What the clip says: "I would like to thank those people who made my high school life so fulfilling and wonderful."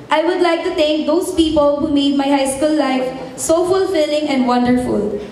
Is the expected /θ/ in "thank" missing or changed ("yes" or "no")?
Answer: yes